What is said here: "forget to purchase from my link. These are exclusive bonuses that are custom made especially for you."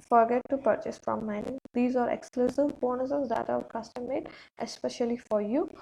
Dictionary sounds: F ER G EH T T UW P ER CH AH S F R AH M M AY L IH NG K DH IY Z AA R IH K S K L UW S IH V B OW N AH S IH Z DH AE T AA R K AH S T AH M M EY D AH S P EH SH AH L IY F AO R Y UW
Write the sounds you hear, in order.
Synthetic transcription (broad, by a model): F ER G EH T T UW P ER CH AH S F R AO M M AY N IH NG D IY Z AA R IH K S K L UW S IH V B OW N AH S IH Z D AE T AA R K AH S T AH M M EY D AH S P EH SH AH L IY F AO R Y UW